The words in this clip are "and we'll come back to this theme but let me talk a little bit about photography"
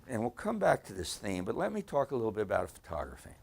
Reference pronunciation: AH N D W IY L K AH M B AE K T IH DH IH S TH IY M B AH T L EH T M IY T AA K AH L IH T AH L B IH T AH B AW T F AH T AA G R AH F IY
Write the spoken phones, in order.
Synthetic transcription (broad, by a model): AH N W IY L K AH M B AE K T IH DH IH S TH IY M B AH T L EH T M IY T AA K AH L IH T L B IH T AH B AW T F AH T AA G R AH F IY